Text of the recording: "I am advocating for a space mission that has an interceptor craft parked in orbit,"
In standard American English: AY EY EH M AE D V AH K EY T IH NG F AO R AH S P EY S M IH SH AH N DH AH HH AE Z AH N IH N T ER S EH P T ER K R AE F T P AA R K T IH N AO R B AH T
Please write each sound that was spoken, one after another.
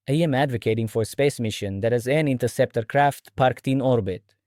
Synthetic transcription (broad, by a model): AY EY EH M AE D V AH K EY T IH NG F AO R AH S P EY S M IH SH AH N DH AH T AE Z AH N IH N T ER S EH P T ER K R AE F T P AA R K T IH N AO R B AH T